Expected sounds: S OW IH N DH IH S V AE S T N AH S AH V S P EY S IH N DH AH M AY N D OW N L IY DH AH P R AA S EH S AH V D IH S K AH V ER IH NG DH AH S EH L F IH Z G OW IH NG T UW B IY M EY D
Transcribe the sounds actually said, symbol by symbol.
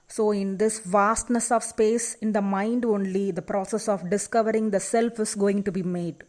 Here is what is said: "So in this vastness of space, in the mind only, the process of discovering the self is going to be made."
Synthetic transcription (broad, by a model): S OW IH N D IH S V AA S T N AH S AH V S P EY S IH N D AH M AY N D OW N L IY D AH P R AA S EH S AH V D IH S K AH V ER IH NG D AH S EH L F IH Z G OW IH NG T UW B IY M EY D